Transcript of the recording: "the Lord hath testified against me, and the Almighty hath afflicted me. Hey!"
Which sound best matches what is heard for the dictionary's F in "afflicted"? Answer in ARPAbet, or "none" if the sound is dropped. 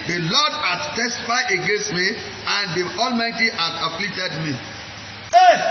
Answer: P